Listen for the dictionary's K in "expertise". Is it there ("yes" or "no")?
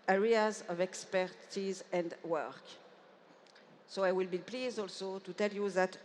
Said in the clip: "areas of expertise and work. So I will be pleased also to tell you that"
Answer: yes